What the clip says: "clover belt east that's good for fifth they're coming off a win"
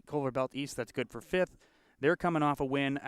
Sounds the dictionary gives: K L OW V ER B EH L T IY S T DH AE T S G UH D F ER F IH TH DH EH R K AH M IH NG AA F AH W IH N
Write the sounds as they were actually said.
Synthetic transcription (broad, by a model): K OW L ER B EH L T IY S T DH AE T S G UH D F ER F IH TH DH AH R K AH M IH NG AA F AH W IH N